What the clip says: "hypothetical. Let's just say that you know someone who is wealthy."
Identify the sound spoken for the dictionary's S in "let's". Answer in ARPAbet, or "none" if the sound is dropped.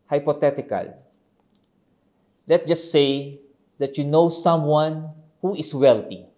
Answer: none